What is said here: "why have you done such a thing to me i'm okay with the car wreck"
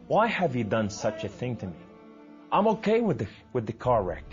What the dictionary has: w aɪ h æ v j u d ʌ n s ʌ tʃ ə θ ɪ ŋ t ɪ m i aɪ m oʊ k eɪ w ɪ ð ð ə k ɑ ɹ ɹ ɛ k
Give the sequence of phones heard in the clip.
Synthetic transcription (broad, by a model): w aɪ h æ v j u d ʌ n s ʌ tʃ ə θ ɪ ŋ t ɪ m i aɪ m oʊ k eɪ w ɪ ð ð ə k ɑ ɹ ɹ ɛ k